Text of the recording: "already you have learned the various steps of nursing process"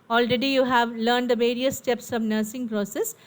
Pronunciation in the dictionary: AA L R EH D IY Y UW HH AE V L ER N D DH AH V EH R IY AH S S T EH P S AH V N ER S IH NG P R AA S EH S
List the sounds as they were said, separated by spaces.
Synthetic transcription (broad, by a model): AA L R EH D IY Y UW HH AE V L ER N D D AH V EH R IY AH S S T EH P S AH V N ER S IH NG P R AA S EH S